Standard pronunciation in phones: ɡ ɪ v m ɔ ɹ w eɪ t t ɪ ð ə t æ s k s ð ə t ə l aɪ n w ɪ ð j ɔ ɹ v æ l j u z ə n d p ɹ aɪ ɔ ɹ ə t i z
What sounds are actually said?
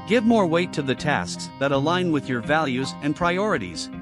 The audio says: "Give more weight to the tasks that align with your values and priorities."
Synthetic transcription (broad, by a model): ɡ ɪ v m ɔ ɹ w eɪ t t ɪ ð ə t æ s k s ð ə t ə l aɪ n w ɪ ð j ɔ ɹ v æ l j u z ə n p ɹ aɪ ɔ ɹ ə t i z